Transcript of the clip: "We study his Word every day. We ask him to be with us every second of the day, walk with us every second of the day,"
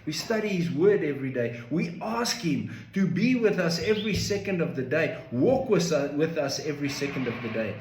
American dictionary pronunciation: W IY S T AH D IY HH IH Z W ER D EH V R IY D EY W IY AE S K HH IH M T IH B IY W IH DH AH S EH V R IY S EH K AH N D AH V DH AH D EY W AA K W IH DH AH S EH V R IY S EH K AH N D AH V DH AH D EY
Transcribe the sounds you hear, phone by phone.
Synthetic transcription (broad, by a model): W IY S T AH D IY HH IH Z W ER D EH V R IY D EY W IY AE S K HH IH M T IH B IY W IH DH AH S EH V R IY S EH K AH N D AH V DH AH D EY W AA K W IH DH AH S EH V R IY S EH K AH N D AH V DH AH D EY